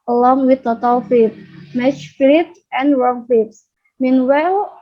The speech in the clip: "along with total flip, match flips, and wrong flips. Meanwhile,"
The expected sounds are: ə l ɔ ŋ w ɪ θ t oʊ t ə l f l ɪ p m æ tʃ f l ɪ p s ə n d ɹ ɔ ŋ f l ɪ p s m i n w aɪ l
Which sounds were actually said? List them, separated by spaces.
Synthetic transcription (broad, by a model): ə l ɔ ŋ w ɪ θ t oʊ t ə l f ɪ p m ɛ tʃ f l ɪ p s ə n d ɹ ɔ ŋ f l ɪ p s m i n w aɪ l